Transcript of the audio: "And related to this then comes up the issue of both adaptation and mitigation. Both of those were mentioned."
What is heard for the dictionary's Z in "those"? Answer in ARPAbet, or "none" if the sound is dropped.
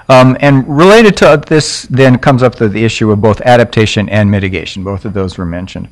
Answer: Z